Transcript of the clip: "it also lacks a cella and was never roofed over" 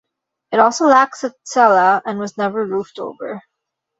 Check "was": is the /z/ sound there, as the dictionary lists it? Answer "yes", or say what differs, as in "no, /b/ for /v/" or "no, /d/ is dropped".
yes